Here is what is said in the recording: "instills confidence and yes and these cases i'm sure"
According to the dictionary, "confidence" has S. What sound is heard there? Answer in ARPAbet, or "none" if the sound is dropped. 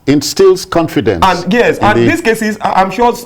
none